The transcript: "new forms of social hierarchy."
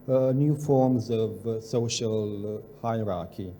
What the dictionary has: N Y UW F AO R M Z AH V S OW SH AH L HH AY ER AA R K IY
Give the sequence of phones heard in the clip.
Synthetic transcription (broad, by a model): N Y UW F AO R M Z AH V S OW SH AH L HH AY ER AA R K IY